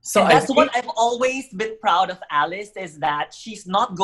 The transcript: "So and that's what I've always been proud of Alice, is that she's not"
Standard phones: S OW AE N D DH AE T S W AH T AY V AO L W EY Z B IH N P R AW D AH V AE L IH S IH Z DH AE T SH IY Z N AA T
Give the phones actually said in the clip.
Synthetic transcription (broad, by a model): S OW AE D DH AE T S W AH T AY V AO L W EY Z B IH N P R AW D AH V AE L IH S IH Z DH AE T SH IY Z N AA T